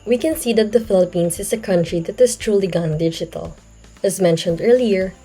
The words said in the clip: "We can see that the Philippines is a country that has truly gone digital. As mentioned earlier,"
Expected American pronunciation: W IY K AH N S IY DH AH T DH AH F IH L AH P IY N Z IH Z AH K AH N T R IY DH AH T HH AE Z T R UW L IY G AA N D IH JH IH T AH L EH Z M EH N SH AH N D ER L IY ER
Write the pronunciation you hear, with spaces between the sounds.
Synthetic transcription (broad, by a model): W IY K AH N S IY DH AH T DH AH F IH L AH P IY N S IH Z AH K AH N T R IY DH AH T HH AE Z T R UW L IY G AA N D IH JH IH T AH L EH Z M EH N SH AH N D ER L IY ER